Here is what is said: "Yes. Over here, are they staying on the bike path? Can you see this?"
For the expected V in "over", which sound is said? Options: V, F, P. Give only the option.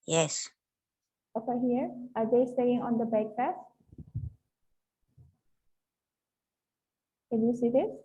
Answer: F